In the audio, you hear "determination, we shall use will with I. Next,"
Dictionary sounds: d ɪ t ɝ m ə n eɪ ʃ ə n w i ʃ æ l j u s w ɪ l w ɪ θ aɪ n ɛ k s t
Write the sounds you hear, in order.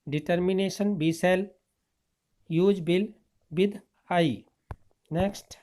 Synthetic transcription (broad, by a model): d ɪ t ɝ m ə n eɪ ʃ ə n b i s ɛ l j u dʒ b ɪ l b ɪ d aɪ n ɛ k s t